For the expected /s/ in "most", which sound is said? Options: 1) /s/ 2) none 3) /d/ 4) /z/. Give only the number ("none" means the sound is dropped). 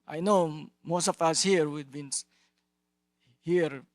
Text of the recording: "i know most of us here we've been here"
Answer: 1